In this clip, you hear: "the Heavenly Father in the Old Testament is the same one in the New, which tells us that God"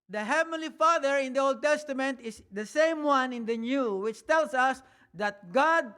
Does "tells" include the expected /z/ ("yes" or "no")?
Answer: no